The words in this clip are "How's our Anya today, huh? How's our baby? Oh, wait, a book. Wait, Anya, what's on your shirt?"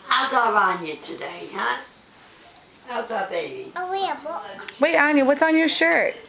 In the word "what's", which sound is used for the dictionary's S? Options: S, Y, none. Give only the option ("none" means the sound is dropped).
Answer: S